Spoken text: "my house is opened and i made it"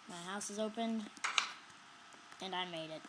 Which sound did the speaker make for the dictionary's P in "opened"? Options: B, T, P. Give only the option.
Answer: P